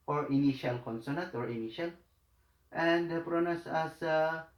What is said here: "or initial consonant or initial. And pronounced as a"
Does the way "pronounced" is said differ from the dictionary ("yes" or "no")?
yes